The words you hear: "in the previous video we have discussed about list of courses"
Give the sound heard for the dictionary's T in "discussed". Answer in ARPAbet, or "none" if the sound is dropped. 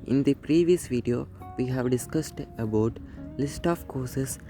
T